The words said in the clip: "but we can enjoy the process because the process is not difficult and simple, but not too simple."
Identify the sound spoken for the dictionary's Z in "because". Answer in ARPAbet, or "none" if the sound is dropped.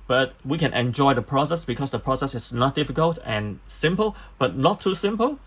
S